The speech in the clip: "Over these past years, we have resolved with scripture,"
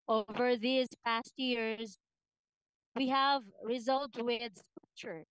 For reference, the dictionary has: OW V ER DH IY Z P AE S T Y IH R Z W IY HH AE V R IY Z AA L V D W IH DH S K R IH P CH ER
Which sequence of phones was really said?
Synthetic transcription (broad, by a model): OW V ER DH IY Z P AE S T Y IH R Z W IY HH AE V R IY Z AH L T W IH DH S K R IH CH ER